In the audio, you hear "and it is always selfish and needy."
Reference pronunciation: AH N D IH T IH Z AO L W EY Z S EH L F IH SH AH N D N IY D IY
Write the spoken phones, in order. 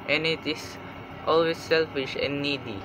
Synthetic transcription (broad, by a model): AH N IH T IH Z AO L W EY S EH L F IH SH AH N N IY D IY